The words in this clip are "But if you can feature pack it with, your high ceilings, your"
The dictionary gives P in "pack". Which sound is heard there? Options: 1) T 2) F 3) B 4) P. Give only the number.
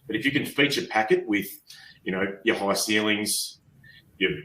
4